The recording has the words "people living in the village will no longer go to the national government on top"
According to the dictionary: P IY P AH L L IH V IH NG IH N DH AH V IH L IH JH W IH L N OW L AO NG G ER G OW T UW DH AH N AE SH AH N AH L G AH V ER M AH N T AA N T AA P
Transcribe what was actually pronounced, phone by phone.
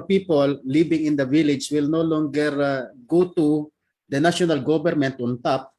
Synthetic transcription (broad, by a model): P IY P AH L L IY B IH NG IH N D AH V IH L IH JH W IH L N OW L AO NG G ER G OW T UW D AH N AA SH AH N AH L G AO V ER M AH N T AA N T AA P